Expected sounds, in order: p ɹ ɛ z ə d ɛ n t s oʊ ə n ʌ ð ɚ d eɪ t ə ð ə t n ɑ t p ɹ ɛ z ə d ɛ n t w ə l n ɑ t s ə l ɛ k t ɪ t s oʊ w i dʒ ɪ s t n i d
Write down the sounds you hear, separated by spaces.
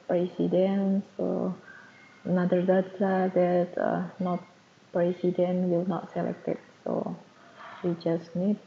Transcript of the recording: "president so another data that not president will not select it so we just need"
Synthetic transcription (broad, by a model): p ɹ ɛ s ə d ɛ n s oʊ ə n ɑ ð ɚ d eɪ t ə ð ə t n ɑ t p ɹ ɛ s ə d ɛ n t w ə l n ɑ t s ə l ɛ k t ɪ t s oʊ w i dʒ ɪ s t n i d